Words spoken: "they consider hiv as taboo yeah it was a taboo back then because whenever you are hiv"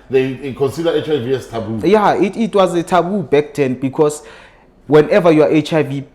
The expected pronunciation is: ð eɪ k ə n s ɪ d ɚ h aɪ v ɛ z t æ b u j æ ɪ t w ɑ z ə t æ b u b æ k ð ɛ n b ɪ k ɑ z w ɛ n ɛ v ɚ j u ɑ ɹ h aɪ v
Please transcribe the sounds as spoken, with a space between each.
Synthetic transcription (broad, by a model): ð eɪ k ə n s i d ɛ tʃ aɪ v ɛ s t æ b u j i ɪ t w ɑ z ə t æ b u b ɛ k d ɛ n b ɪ k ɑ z w ɛ n ɛ v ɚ j u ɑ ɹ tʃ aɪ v